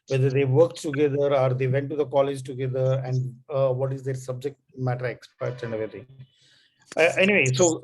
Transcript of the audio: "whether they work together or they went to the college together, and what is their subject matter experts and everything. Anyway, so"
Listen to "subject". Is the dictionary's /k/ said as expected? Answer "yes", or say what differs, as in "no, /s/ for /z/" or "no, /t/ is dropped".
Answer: yes